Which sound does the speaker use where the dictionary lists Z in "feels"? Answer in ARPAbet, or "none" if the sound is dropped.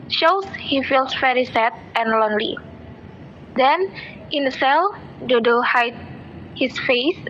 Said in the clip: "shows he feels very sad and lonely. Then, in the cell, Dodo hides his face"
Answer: S